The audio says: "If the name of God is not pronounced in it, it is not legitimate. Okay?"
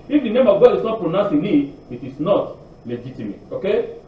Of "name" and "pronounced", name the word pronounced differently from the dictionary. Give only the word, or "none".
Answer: pronounced